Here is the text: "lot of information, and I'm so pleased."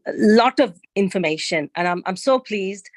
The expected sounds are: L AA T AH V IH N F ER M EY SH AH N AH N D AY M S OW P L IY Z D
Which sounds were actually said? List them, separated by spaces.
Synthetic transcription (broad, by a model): L AA T AH V IH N F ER M EY SH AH N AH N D AY M S OW P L IY Z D